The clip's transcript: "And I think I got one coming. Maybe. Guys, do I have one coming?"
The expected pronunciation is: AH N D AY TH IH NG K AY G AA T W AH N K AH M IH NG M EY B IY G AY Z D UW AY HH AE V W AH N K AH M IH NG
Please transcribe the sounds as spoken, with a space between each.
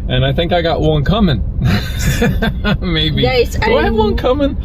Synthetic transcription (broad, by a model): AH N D AY TH IH NG K AY G AA T W AH N K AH M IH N M EY B IY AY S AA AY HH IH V W AH N K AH M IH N